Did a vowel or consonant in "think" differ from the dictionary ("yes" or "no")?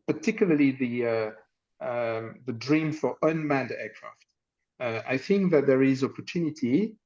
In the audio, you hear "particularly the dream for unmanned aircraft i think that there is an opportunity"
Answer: no